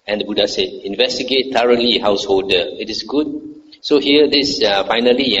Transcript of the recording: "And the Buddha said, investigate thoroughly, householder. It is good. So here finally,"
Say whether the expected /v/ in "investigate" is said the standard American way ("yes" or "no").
yes